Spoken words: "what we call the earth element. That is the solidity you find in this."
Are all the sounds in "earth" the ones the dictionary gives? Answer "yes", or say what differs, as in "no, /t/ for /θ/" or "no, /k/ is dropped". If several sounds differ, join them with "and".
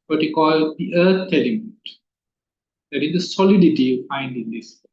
no, /t/ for /θ/